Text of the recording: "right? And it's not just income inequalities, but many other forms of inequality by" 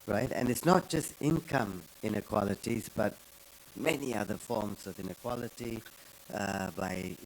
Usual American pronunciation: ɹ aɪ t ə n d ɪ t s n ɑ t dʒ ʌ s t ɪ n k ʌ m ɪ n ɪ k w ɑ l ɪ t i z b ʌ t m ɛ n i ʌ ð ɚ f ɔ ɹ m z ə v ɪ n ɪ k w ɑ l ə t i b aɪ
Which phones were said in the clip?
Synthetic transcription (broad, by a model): ɹ aɪ t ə n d ɪ t s n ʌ t dʒ ʌ s t ɪ n k ʌ m ɪ n ɪ k w ɑ l ɪ t i z b ʌ t m ɛ n i ʌ ð ɚ f ɔ ɹ m z ə v ɪ n ɪ k w ɑ l ə t i b aɪ